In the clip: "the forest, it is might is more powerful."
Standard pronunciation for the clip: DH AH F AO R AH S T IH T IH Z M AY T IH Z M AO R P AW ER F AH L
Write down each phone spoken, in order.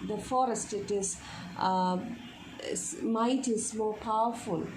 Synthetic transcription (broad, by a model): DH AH F AO R AH S T IH T IH Z M AY T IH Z M AO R P AW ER F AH L